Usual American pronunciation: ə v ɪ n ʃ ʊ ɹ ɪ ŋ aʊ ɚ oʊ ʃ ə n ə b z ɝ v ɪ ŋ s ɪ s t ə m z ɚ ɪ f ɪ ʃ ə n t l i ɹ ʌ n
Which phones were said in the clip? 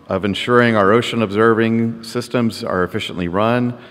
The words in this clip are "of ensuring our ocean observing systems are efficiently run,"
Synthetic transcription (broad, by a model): ə v ɪ n ʃ ʊ ɹ ɪ ŋ aʊ ɚ oʊ ʃ ə n ə b z ɝ v ɪ ŋ s ɪ s t ə m z ɚ ɪ f ɪ ʃ ə n t l i ɹ ʌ n